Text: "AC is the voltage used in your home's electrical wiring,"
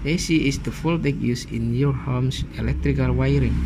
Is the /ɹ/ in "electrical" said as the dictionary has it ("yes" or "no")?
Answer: yes